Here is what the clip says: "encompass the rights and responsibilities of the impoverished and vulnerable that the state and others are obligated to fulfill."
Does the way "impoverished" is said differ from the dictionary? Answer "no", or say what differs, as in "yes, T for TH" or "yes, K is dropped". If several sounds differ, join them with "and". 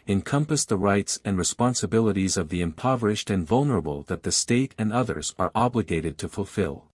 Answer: no